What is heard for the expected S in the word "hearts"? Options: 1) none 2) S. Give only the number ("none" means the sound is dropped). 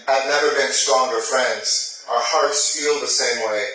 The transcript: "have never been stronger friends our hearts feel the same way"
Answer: 2